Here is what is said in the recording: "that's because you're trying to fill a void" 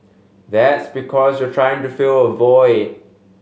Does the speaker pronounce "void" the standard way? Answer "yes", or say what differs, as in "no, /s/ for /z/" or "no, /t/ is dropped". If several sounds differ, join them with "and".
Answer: yes